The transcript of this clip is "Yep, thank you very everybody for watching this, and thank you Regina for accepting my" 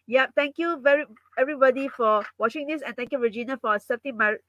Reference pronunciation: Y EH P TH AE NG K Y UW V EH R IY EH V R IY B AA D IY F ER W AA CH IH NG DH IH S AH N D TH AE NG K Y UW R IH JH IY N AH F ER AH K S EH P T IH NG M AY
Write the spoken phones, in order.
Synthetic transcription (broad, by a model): Y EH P T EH NG K Y UW V EH R IY EH V R IY B AA D IY F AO W AA CH IH NG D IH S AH N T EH NG K Y UW R IH JH IY N AH F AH S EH T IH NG M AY